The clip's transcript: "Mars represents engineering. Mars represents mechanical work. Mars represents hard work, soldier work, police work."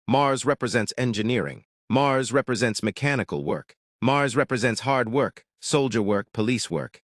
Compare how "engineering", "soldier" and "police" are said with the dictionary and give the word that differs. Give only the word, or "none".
none